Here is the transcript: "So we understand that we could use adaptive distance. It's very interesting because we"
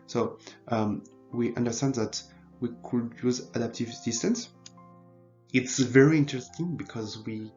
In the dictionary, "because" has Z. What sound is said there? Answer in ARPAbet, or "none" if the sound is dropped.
Z